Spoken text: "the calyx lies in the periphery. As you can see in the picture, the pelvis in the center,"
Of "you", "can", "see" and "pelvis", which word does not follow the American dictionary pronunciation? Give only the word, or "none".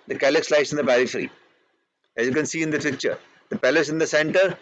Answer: pelvis